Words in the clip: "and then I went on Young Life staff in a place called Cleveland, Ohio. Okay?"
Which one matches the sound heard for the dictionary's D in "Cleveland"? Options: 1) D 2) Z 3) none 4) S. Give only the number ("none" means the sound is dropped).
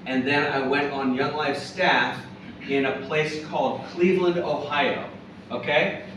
1